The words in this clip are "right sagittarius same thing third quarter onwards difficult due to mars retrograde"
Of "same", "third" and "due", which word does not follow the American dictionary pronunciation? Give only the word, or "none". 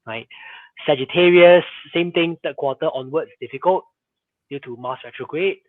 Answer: third